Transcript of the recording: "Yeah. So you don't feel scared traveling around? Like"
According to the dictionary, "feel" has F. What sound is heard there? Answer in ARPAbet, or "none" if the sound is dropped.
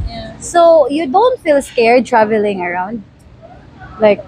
F